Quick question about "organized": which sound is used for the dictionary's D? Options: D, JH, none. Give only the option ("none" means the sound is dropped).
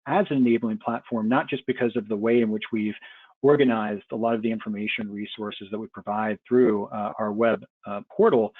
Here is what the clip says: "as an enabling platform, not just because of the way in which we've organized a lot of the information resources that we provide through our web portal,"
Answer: D